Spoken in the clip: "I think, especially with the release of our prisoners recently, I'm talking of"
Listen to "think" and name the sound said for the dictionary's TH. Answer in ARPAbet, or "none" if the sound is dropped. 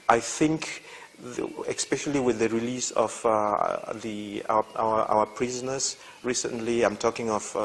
TH